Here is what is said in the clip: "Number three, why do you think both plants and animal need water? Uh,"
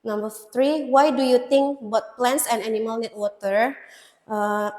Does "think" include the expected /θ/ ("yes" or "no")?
no